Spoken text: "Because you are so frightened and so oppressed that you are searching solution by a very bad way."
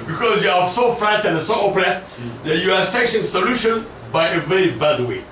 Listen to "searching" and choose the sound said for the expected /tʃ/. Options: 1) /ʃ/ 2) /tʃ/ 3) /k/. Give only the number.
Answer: 1